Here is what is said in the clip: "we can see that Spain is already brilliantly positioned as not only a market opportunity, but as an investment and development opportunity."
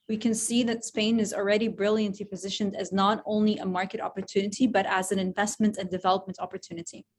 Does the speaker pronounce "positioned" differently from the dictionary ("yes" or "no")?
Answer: no